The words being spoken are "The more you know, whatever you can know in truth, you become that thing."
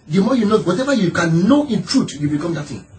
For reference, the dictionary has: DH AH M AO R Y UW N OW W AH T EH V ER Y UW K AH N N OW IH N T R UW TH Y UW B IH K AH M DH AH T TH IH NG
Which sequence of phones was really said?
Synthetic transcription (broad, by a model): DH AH M AO Y UW N OW W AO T EH V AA Y UW K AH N N OW IH N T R UW T Y UW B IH K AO M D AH T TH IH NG